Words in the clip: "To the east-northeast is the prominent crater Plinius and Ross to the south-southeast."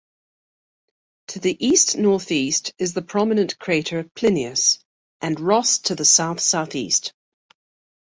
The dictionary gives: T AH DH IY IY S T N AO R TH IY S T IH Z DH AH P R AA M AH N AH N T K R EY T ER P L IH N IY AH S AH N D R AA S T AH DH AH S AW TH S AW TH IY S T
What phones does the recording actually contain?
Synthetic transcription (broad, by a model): T AH DH IY IY S T N AO TH IY S T IH Z DH AH P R AA M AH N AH N K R EY T ER P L IH N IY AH S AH N R AA S T AH DH AH S AW TH S AW TH IY S T